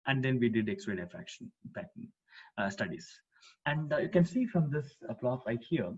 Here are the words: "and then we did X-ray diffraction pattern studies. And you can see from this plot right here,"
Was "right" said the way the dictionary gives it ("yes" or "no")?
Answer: no